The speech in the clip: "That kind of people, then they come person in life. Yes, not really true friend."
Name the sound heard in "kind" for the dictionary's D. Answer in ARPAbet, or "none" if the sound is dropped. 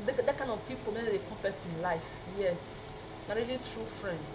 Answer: none